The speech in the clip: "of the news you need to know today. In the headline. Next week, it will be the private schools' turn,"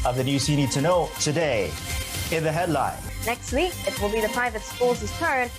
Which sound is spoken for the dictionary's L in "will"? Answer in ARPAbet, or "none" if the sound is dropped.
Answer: L